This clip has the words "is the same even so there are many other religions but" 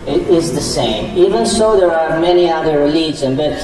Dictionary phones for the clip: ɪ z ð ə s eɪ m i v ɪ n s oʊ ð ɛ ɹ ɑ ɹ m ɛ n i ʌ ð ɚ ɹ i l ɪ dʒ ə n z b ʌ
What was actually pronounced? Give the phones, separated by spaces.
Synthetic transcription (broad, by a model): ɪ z ð ə s eɪ m i v ɪ n s oʊ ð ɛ ɹ ɑ ɹ m ɛ n i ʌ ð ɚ ɹ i l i z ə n b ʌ